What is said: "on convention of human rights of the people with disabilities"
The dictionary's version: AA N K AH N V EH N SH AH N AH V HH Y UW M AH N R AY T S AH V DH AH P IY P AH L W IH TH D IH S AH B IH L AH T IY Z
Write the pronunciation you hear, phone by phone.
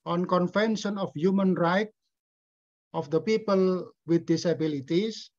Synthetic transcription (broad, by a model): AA N K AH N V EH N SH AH N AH F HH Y UW M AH N R AY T AH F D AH P IY P AH L W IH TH D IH S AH B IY L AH T IY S